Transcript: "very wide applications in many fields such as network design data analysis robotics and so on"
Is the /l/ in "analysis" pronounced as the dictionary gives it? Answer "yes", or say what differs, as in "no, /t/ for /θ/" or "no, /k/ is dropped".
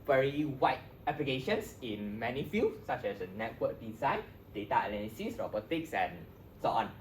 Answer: no, /n/ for /l/